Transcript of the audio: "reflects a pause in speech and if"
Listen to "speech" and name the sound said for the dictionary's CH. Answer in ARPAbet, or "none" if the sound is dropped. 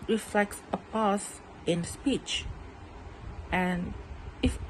CH